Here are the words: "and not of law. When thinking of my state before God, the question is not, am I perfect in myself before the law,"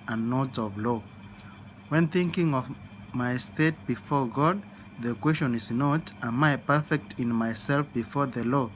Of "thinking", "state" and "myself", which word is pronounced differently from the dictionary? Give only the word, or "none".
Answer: none